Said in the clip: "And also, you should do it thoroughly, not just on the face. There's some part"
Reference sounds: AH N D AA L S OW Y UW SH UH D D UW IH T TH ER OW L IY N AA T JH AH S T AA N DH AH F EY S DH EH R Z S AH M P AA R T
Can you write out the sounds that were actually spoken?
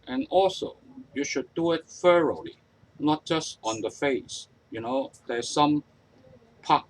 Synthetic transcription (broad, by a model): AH N AA L S OW Y UW SH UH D D UW IH T F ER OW L IY N AA T JH AH S T AA N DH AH F EY S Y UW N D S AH M P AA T